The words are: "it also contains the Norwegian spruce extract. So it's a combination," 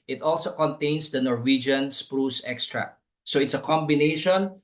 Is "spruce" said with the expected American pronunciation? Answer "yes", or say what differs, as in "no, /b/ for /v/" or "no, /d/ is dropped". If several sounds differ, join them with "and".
yes